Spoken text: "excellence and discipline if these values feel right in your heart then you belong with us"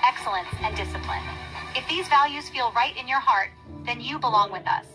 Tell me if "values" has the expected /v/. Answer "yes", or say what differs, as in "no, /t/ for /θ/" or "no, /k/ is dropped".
yes